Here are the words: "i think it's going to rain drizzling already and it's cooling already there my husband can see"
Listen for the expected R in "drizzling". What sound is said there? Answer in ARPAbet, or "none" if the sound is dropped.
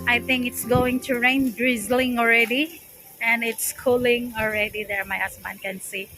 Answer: R